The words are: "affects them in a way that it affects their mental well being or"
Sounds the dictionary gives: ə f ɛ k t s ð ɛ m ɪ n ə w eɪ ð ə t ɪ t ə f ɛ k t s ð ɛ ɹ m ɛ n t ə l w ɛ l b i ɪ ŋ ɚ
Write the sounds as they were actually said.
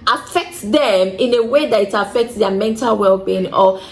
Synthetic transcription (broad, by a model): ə f ɛ k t s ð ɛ m ɪ n ə w eɪ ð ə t ɪ t ə f ɛ k t s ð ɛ m ɛ n t ə l w ɛ l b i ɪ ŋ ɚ